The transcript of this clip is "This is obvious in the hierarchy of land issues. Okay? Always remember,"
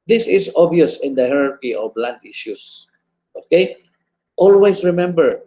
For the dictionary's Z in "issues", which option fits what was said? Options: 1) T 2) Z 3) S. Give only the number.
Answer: 3